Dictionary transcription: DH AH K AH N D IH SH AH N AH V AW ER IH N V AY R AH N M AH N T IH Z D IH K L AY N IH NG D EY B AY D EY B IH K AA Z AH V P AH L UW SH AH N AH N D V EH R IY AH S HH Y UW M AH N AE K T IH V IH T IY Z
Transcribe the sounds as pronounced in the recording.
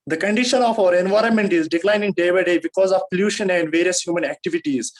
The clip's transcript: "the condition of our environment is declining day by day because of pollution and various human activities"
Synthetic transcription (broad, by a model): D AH K AH N D IH SH AH N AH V AW ER IH N V AY R AH N M AH N T IH Z D IH K L AY N IH NG D EY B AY D EY B IH K AA Z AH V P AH L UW SH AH N AH N D V EH R IY AH S HH Y UW M AH N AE K T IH V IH T IY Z